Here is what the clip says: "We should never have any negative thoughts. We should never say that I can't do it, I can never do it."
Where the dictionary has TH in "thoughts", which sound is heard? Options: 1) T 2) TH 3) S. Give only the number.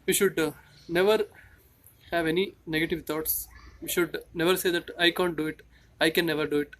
1